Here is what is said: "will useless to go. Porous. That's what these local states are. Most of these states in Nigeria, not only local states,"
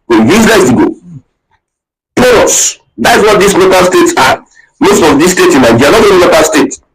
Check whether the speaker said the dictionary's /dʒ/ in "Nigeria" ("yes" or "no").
no